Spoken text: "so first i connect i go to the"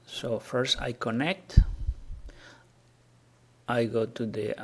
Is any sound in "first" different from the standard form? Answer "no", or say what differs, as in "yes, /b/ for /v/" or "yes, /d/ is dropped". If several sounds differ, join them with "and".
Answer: no